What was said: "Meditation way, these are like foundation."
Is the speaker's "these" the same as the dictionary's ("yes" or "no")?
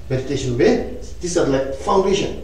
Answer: no